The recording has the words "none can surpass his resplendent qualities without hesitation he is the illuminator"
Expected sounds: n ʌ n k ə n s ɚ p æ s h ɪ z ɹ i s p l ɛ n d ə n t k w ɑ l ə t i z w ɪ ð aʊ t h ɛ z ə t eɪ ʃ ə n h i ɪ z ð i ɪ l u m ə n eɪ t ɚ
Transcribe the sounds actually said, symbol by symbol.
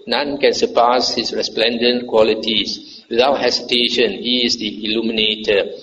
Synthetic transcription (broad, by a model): n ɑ n k ə n s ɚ p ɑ s h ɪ s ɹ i s p l ɛ n d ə n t k w ɑ l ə t i s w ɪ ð aʊ t h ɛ s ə t eɪ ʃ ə n h i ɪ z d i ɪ l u m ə n eɪ t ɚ